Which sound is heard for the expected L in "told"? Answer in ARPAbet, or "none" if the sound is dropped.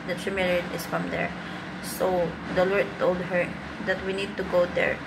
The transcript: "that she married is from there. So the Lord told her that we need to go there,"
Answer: L